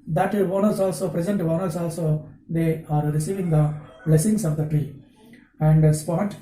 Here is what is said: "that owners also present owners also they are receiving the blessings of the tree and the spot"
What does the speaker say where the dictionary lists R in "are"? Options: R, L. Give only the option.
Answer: R